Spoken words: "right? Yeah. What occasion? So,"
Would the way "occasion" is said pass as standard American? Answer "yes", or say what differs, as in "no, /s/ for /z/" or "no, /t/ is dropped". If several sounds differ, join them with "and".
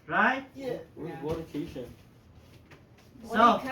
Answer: no, /ʃ/ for /ʒ/